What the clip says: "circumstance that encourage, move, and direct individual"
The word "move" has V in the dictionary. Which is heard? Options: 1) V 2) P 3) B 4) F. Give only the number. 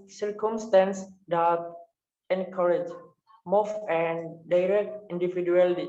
4